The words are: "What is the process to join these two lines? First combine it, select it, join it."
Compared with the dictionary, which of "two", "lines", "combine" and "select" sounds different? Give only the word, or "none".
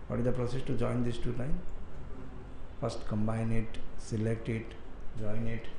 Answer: lines